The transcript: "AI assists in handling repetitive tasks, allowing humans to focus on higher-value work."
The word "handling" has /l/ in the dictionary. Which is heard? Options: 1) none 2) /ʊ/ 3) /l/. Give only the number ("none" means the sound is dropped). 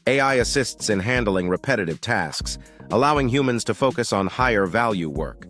3